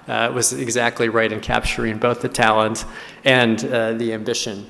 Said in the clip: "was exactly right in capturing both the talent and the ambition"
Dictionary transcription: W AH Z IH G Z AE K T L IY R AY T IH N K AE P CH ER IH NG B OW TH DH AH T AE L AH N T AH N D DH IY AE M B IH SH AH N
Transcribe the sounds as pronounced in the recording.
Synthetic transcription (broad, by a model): W AH Z IH G Z AE K T L IY R AY T IH N K AE P CH ER IH NG B OW TH DH AH T AE L AH N T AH N DH IY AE M B IH SH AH N